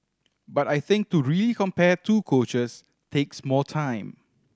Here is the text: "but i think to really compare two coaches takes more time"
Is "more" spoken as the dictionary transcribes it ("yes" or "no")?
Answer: no